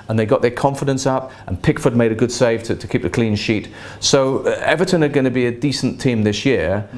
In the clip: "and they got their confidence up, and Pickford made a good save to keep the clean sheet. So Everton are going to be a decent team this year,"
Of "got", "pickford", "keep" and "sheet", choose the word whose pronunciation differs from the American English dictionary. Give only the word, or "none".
none